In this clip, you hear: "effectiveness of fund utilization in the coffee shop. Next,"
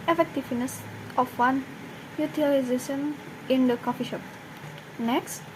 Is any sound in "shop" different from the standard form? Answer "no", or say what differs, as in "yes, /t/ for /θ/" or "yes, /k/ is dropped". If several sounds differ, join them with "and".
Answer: no